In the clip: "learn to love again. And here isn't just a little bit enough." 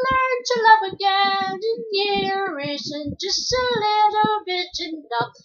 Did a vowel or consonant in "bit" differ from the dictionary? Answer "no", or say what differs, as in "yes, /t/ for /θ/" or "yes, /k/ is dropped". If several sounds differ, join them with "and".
yes, /t/ is dropped